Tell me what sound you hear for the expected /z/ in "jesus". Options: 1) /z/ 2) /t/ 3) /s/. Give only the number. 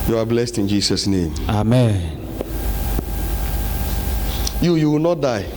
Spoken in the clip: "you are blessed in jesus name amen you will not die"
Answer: 3